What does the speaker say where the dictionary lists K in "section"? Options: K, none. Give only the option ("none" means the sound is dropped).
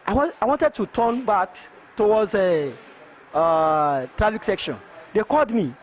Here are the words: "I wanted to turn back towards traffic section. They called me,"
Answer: K